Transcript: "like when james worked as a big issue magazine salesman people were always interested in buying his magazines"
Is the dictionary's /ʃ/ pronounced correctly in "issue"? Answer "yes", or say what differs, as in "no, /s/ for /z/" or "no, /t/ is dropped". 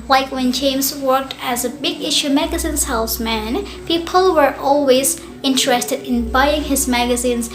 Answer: yes